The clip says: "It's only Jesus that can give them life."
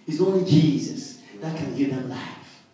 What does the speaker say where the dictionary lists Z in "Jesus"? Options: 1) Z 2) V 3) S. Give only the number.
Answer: 1